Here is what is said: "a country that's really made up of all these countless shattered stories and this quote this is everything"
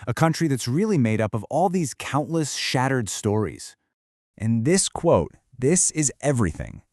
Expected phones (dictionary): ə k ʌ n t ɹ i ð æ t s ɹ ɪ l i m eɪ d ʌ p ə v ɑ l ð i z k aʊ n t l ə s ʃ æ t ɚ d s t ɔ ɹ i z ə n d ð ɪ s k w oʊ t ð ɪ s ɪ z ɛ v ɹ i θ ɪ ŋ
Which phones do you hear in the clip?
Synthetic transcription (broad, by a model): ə k ʌ n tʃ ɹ i ð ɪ t s ɹ ɪ l i m eɪ d ʌ p ə v ɑ l ð i z k aʊ n t l ə s ʃ æ t ɚ d s t ɔ ɹ i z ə n ð ɪ s k w oʊ t ð ɪ s ɪ z ɛ v ɹ i θ ɪ ŋ